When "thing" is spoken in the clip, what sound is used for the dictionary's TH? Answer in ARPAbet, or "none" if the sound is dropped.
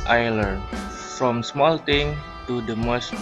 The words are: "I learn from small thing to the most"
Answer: T